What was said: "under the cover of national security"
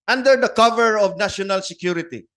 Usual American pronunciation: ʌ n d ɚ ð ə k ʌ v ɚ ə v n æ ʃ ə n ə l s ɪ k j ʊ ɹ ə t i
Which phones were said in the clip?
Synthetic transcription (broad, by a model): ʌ n d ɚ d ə k ʌ v ɚ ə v n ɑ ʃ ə n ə l s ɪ k j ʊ ɹ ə t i